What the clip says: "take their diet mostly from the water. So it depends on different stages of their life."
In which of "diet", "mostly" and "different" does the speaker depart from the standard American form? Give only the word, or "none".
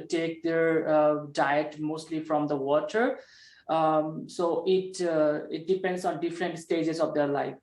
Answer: none